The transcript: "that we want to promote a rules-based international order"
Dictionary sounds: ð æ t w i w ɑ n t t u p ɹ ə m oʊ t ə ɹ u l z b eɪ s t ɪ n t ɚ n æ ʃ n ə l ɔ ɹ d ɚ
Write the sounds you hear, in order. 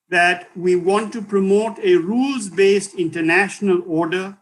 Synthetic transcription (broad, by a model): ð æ t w i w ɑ n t t u p ɹ ə m oʊ t ə ɹ u l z b eɪ s t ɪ n t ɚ n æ ʃ n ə l ɔ ɹ d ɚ